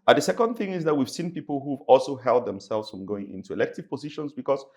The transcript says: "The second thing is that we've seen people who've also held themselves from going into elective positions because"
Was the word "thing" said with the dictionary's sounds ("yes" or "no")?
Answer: yes